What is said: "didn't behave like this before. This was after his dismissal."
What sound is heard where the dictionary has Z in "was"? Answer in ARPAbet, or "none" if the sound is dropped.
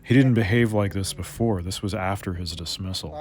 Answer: Z